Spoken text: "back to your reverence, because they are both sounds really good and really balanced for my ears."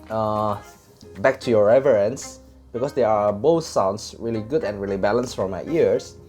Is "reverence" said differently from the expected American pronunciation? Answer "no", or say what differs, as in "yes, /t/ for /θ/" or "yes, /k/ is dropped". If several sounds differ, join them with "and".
no